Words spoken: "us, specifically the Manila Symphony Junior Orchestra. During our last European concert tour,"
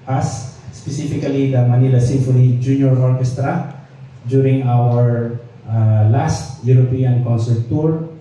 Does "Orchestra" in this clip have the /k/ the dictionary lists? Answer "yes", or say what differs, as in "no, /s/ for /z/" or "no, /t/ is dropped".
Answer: yes